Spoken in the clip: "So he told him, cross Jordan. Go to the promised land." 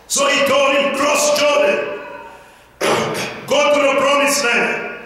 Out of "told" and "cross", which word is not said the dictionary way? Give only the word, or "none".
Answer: told